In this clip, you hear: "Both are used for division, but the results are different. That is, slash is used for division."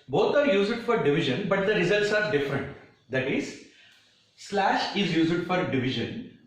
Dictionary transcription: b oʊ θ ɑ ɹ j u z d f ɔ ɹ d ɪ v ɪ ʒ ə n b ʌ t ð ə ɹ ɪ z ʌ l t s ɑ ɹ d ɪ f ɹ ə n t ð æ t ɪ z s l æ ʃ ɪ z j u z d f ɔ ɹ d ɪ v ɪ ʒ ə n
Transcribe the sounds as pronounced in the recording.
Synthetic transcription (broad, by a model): b oʊ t ɑ ɹ j u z d f ɔ ɹ d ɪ v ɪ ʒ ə n b ʌ t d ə ɹ ɪ z ʌ l t s ɑ ɹ d ɪ f ɹ ə n t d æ t ɪ z s l æ ʃ ɪ z j u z d f ɔ ɹ d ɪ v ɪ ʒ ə n